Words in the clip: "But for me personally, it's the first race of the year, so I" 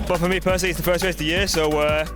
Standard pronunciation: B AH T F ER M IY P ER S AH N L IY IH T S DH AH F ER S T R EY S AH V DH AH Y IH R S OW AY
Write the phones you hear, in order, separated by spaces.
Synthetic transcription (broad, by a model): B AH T F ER M IY P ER S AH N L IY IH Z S DH AH F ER S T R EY AH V DH AH Y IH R S OW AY